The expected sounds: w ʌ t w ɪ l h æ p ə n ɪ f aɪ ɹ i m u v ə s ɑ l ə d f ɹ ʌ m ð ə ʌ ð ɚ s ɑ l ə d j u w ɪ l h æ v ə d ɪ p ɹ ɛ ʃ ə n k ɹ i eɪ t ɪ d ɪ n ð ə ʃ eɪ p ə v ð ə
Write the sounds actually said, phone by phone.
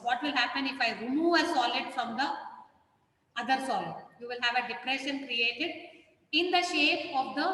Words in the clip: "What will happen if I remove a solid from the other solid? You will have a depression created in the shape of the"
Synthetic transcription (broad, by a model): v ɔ t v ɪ l h æ p ə n ɪ f aɪ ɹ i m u ə s ɑ l ə d f ɹ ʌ m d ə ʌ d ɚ s ɑ l ə d j u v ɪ l h æ v ə d ɪ p ɹ ɛ ʃ ə n k ɹ i eɪ t ɪ d ɪ n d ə ʃ eɪ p ə v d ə